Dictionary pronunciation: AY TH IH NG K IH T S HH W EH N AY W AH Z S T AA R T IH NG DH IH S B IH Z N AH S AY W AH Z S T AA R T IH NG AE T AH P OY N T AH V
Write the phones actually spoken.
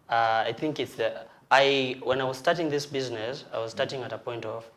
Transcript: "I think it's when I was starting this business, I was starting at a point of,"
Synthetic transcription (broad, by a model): AY TH IH NG K IH T S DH W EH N AY W AH Z S T AA R T IH NG DH IH S B IH Z N AH S AY W AH Z S T AA R T IH NG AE T AH P OY N T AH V